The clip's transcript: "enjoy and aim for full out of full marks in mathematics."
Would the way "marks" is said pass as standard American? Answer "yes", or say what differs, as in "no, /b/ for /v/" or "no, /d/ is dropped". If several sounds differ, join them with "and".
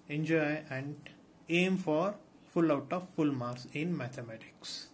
no, /k/ is dropped